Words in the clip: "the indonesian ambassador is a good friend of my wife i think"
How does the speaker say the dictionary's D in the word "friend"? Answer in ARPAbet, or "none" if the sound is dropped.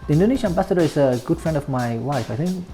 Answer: D